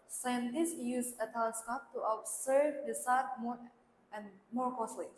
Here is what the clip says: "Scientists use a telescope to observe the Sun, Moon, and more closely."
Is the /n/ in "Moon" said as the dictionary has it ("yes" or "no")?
no